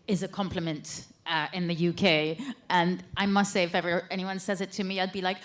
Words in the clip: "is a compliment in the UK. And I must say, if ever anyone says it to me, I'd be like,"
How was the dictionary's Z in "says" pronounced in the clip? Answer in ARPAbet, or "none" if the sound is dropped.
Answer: Z